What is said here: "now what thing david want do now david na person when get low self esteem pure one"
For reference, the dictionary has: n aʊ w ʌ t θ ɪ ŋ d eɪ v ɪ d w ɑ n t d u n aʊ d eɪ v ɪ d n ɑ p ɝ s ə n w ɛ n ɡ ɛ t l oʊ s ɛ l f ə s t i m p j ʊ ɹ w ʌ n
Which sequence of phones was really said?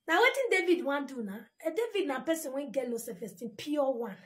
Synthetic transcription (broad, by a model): n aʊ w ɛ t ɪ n d eɪ v ɪ d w ɑ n d u n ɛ d eɪ v ɪ d n ɑ p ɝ s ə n w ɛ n ɡ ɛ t l oʊ s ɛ f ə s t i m p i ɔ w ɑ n